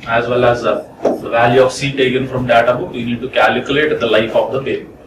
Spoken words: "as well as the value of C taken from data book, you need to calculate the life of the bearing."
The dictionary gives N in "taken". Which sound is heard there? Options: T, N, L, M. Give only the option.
N